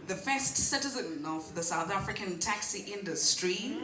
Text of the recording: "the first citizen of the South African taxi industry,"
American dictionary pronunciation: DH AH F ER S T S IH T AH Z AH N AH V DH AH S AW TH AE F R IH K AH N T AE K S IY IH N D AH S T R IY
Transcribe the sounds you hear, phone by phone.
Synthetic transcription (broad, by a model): DH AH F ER S T S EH T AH Z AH N AH V DH AH S AW TH AE F R IH K AH N T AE K S IY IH N D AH S T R IY